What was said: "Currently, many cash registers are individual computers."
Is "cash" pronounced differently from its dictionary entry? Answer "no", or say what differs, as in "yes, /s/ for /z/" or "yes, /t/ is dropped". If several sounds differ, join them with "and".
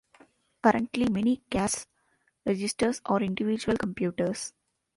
yes, /s/ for /ʃ/